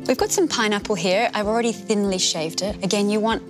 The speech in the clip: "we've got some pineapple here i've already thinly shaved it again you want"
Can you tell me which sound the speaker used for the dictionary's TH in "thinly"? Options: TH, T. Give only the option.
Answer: TH